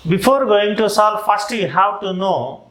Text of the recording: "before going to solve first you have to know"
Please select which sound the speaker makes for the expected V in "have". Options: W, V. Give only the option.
W